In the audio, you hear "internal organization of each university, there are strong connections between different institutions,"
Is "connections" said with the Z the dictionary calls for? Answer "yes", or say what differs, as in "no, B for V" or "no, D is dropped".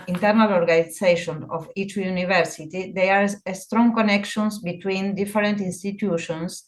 no, S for Z